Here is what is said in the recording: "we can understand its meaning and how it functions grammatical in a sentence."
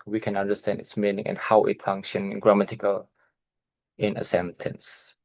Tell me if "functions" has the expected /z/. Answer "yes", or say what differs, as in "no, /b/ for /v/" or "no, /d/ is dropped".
no, /z/ is dropped